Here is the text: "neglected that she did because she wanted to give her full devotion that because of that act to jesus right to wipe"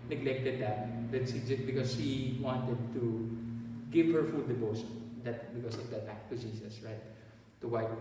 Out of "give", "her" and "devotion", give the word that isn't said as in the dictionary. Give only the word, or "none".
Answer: devotion